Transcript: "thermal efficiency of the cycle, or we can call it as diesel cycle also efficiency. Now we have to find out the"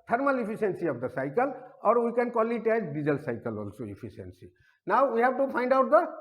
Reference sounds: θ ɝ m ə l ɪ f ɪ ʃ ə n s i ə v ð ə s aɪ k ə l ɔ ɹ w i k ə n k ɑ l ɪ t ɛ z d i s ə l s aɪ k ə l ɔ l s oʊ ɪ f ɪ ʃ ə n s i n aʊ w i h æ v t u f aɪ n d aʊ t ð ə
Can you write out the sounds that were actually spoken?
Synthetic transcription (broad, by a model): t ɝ m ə l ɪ p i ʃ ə n s i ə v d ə s aɪ k ə l ɔ ɹ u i k ə n k ɑ l ɪ t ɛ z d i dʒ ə l s aɪ k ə l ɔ l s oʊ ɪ p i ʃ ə n s i n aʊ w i h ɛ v t u p aɪ n d aʊ t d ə